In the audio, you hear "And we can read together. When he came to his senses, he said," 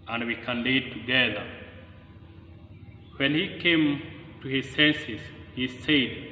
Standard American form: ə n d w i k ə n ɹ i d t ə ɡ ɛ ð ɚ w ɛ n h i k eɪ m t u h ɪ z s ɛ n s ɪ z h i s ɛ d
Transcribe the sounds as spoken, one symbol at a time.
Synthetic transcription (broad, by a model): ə n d w i k ə n l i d t ə ɡ ɛ ð ɚ w ɛ n h i k eɪ m t u h ɪ z s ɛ n s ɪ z h i s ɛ d